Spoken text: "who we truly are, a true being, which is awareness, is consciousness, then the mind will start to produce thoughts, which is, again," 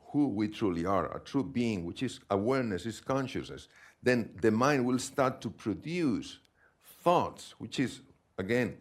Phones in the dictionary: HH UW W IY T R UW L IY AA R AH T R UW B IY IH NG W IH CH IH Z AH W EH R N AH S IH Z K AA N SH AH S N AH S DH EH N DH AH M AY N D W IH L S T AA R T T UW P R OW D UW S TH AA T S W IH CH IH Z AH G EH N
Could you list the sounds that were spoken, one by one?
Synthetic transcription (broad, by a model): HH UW W IY T R UW L IY AA R AH T R UW B IY IH NG W IH CH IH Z AH W EH R N AH S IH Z K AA N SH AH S N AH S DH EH N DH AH M AY N D W IH L S T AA R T T UW P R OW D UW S TH AA T S W IH CH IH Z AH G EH N